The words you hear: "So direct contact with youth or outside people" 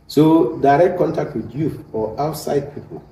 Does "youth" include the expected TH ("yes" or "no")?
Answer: no